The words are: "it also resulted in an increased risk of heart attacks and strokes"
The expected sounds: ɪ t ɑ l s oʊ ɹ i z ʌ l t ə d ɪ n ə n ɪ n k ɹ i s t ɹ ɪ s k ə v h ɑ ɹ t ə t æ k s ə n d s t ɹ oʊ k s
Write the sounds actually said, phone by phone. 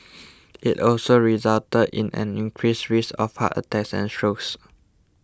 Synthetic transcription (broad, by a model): ɪ t ɑ l s oʊ ɹ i z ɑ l t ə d ɪ n ə n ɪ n k ɹ i s ɹ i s ə f h ɑ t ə t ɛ k s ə n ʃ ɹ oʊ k s